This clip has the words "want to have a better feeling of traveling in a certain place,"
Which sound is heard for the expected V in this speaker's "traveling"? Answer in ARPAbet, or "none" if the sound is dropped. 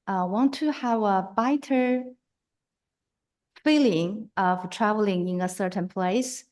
V